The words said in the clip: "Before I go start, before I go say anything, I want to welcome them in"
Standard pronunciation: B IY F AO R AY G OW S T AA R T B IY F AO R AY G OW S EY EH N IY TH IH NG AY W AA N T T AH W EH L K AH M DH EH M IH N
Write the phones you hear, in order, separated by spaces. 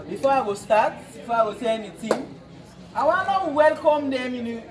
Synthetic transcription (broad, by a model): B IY F AO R AY G OW S T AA T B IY F AO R AY G OW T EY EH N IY T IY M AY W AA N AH W EH L K AH M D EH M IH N